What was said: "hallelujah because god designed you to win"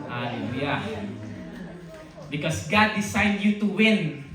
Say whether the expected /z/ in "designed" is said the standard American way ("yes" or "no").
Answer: no